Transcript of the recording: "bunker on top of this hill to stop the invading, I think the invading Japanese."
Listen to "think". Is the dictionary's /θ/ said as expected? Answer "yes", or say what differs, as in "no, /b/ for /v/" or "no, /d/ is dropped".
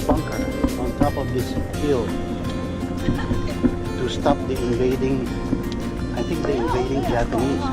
no, /t/ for /θ/